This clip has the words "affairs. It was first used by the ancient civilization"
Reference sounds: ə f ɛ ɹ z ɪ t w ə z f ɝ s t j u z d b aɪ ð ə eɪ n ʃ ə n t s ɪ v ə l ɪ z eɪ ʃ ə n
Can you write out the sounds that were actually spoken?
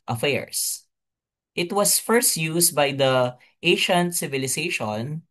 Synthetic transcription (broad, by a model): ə f ɛ ɹ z ɪ t w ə s f ɝ s t j u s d b aɪ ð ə eɪ ʃ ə n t s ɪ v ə l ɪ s eɪ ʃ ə n